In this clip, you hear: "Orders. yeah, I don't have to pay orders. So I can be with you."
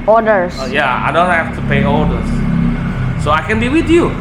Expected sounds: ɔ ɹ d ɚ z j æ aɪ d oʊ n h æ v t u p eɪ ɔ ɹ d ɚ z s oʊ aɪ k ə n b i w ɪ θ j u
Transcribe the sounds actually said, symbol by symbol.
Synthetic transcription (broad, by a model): ɔ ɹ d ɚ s j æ aɪ d oʊ n h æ f t u p eɪ ɔ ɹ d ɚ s s oʊ aɪ k ə n b i w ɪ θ j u